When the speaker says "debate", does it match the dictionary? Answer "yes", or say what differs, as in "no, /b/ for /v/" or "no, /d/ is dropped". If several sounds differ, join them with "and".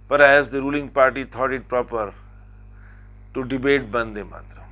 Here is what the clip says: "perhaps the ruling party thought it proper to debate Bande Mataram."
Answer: yes